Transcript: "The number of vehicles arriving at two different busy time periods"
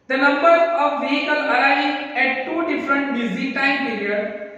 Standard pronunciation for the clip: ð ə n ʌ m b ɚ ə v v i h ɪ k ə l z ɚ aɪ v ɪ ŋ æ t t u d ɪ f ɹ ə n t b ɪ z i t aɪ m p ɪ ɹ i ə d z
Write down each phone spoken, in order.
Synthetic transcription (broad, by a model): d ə n ʌ m b ɚ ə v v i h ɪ k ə l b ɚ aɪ ɪ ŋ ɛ t t u d ɪ f ɹ ə n t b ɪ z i t aɪ m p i ɹ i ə d